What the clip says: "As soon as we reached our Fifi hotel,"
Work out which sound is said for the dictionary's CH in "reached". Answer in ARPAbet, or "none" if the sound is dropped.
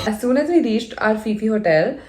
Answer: SH